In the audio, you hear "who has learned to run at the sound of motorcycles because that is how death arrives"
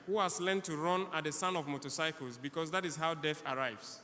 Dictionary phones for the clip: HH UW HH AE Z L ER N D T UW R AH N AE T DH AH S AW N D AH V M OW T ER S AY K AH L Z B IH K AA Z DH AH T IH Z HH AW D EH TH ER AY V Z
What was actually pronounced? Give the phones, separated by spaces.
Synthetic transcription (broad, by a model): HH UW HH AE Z L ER N T UW R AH N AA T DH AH S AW N AH V M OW T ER S AY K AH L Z B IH K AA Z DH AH T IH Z HH AW D EH TH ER AY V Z